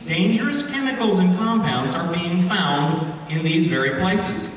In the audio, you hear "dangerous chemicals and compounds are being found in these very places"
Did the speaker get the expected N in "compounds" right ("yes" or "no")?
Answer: yes